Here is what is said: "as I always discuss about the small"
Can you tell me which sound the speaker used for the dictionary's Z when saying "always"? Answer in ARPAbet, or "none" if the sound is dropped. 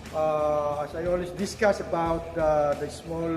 S